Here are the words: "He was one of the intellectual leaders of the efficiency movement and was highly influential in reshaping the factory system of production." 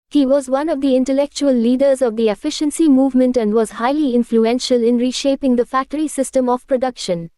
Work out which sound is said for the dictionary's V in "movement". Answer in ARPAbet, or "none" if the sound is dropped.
V